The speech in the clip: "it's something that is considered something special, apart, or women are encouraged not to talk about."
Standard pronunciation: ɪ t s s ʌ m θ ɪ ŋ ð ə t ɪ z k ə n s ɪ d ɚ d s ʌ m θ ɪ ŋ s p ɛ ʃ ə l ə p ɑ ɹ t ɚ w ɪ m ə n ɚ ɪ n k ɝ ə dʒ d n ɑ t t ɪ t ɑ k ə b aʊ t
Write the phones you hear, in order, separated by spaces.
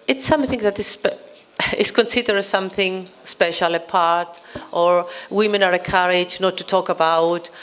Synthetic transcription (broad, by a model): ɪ t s s ʌ m θ ɪ ŋ ð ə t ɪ s k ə n s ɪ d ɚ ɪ s ʌ m θ ɪ ŋ s p ɛ ʃ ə l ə p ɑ ɹ t ɚ w ɪ m ə n ɚ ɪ k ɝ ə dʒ n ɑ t t ɪ t ɑ k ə b aʊ t